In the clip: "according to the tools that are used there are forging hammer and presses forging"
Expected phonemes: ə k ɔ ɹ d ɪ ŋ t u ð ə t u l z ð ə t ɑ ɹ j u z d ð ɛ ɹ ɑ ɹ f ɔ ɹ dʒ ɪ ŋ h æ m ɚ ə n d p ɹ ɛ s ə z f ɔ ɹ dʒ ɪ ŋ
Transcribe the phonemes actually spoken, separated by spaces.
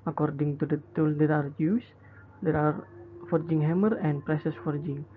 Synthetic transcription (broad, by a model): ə k ɔ ɹ d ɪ ŋ t u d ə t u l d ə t ɑ ɹ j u s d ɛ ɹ ɑ ɹ f ɔ ɹ dʒ ɪ ŋ h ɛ m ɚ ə n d p ɹ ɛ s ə s f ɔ ɹ dʒ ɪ ŋ